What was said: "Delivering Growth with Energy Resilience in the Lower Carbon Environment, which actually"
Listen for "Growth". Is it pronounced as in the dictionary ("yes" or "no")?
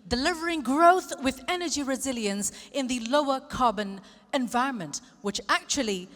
yes